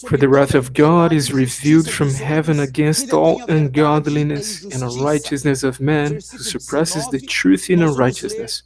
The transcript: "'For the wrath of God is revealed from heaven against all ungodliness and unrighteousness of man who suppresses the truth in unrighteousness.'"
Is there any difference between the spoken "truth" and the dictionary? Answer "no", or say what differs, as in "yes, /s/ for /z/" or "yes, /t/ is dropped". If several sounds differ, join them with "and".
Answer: no